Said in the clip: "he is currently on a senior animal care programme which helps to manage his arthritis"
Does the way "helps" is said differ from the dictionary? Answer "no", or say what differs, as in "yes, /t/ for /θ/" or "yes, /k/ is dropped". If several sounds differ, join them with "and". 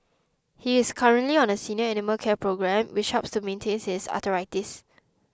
yes, /l/ is dropped